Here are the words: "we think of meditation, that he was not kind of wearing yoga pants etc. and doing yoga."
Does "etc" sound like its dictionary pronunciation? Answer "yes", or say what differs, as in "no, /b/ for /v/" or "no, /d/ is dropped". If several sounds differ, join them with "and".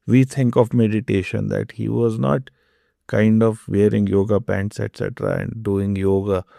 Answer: yes